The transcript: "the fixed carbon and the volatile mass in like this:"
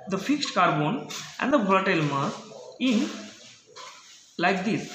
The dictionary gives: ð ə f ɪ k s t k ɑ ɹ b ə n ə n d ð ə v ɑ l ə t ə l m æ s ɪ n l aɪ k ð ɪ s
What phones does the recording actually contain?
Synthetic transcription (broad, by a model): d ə f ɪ k s t k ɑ ɹ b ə n ə n d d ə b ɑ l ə t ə l m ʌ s ɪ n l aɪ k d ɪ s